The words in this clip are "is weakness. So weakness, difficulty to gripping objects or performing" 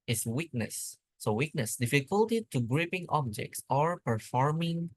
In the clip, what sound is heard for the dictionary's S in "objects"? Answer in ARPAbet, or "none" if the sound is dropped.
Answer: S